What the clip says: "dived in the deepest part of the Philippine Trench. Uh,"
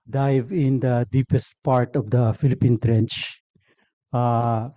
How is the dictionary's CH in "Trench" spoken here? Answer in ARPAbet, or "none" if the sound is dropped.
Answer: CH